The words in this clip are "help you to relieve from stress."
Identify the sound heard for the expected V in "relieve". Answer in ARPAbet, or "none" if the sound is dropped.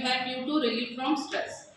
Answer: F